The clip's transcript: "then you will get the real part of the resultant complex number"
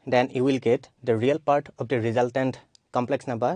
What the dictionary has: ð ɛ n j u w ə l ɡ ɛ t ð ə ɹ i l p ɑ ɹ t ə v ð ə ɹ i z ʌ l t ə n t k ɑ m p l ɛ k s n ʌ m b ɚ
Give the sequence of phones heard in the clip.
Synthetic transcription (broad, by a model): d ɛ n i w ə l ɡ ɛ t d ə ɹ i l p ɑ ɹ t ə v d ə ɹ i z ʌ l t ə n t k ɑ m p l ɛ k s n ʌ m b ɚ